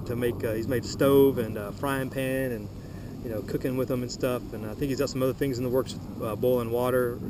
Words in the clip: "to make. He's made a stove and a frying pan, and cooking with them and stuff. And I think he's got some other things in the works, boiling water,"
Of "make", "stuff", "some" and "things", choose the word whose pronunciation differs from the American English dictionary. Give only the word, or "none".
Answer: none